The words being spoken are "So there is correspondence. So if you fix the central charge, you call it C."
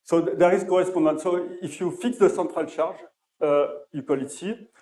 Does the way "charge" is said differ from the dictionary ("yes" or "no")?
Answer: yes